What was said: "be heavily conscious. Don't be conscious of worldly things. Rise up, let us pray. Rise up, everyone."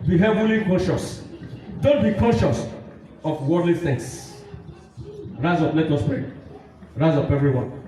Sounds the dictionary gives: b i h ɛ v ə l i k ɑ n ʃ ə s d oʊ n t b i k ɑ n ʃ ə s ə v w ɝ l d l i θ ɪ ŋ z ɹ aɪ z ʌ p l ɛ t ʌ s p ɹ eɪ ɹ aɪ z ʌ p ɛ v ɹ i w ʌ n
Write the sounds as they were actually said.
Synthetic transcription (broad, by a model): b i h ɛ v ə l i k ɑ n ʃ ə s d oʊ n t b i k ɑ n ʃ ə s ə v w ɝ d l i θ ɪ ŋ s ɹ aɪ z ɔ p l ɛ t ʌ s p ɹ eɪ ɹ aɪ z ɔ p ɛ v ɹ i w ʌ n